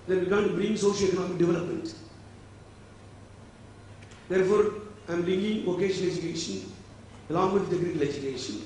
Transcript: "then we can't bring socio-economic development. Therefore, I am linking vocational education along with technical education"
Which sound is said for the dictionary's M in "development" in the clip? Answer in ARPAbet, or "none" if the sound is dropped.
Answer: M